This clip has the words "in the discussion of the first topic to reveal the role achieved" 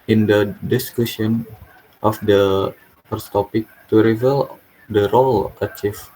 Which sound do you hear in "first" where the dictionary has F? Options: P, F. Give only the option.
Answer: P